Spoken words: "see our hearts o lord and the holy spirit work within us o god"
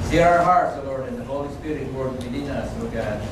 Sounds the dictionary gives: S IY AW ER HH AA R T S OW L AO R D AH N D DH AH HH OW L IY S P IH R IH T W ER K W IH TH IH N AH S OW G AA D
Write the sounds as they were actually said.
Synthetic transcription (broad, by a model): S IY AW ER HH AA R T S OW L AO R D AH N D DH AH HH OW L IY S P IH R IH T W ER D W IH T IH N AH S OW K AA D